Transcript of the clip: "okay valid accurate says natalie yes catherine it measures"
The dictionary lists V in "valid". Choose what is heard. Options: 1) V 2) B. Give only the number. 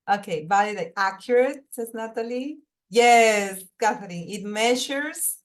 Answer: 2